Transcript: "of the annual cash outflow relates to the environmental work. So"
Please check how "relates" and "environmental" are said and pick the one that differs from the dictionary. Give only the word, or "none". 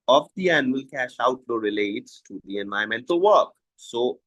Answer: environmental